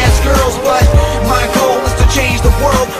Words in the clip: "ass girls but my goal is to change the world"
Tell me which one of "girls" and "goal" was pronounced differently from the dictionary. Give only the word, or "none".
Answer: none